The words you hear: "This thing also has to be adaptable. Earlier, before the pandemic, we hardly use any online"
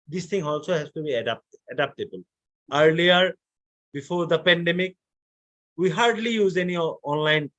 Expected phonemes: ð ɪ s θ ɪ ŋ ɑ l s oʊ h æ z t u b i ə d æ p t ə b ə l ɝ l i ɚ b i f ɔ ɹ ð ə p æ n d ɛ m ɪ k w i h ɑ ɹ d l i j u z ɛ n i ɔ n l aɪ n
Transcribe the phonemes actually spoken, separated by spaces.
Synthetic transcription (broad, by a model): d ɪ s t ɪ ŋ ɑ l s oʊ h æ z t u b i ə d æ p t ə b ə l ɝ l i ɚ b i f ɔ ɹ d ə p æ n d ɛ m ɪ k w i h ɑ ɹ d l i j u z ɛ n i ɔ n l aɪ n